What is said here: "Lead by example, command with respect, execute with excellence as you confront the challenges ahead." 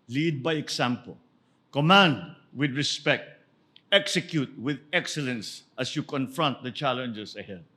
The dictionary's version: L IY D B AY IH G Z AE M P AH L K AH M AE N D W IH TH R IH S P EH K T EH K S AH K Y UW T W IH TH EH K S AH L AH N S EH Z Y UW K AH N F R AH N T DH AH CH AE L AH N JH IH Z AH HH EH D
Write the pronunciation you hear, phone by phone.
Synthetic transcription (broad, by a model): L IY D B AY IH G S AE M P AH L K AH M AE N D W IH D R IH S P EH K T EH K S AH K Y UW T W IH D EH K S AH L AH N S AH S Y UW K AH N F R AH N T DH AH CH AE L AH N JH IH S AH HH EH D